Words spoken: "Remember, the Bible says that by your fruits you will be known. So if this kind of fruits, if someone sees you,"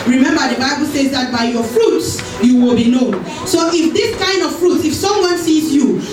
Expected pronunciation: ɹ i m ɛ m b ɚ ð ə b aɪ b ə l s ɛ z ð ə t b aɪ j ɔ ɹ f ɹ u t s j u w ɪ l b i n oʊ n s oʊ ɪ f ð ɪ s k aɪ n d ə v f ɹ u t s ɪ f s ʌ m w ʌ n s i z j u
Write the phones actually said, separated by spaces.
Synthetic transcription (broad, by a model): ɹ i m ɛ m b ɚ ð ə b aɪ b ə l s ɛ z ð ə t b aɪ j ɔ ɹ f ɹ u t s j u w ɪ l b i n oʊ n s oʊ ɪ f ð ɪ s k aɪ n d ə v f ɹ u t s ɪ f s ʌ m w ʌ n s i z j u